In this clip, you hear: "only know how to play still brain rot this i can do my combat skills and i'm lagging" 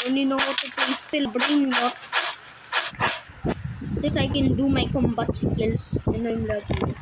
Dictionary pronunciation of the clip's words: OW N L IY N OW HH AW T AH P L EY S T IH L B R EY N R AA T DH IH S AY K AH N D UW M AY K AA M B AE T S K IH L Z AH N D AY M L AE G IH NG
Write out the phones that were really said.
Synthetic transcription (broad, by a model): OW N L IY N OW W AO T AH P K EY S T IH L B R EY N L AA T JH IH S AY K AH N D UW M AY K AA M B AE T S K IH L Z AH N AY M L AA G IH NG